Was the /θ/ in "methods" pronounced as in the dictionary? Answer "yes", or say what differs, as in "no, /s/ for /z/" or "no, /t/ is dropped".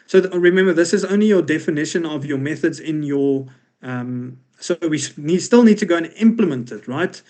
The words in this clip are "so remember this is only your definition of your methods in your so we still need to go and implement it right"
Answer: yes